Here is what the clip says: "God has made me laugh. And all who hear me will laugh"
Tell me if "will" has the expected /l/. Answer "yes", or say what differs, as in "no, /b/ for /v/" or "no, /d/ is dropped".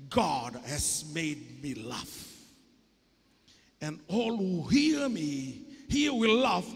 no, /w/ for /l/